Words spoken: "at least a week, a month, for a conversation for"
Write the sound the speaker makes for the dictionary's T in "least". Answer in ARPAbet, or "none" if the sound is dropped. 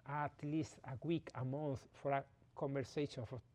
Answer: T